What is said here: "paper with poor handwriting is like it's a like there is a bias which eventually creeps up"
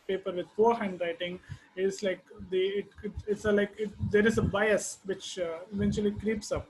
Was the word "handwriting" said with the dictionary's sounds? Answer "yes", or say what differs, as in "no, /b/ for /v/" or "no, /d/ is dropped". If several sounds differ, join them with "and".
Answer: yes